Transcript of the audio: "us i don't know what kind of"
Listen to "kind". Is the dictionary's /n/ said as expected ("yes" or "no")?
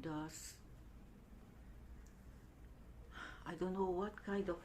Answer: yes